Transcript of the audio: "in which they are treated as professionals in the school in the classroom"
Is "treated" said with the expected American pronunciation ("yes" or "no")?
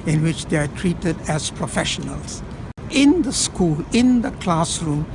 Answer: yes